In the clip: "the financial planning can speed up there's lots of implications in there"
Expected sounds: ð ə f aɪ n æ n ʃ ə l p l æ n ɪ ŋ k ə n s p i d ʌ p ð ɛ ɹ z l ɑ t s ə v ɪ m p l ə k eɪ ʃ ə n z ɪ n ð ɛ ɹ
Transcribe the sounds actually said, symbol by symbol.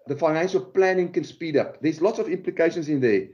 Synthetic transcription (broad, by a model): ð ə f aɪ n æ n ʃ ə l p l æ n ɪ ŋ k ə n s p i d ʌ p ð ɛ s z l ɑ t s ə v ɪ m p l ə k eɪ ʃ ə n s ɪ n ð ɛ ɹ